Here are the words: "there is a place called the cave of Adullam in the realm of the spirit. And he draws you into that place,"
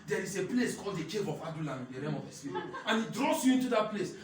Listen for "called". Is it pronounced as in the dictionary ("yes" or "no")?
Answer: yes